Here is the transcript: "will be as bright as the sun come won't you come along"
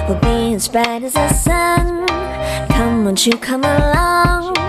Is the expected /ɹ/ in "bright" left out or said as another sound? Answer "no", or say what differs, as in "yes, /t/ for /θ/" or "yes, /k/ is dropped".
yes, /ɹ/ is dropped